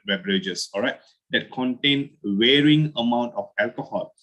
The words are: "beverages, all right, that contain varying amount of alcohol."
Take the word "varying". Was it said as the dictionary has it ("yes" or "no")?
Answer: no